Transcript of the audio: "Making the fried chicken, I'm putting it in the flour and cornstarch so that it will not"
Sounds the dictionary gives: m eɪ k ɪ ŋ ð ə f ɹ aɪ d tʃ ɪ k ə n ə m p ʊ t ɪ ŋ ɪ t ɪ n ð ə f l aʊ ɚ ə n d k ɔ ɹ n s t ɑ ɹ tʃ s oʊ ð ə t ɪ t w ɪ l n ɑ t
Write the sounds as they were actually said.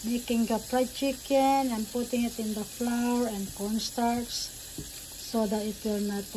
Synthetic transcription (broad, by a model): m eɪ k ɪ ŋ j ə p ɹ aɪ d tʃ ɪ k ə n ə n p ʊ t ɪ ŋ ɪ t ɪ n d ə f l aʊ ɚ ə n d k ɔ n s t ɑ ɹ s s oʊ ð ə t ɪ t w ɪ l n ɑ t